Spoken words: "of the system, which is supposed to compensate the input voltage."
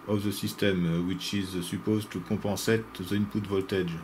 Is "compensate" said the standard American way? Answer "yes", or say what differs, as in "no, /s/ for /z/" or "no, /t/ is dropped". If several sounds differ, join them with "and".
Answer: no, /m/ is dropped and /n/ is dropped